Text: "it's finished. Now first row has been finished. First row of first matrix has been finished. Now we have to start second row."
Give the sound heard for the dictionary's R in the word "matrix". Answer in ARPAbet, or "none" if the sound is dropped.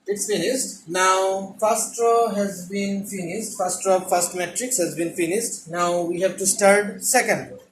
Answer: R